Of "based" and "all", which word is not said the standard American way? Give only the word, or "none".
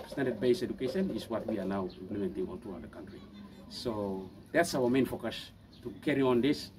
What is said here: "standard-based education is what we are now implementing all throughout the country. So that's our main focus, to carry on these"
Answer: based